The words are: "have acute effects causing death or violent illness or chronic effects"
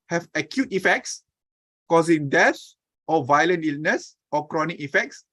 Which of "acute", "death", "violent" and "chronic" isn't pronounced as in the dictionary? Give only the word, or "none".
death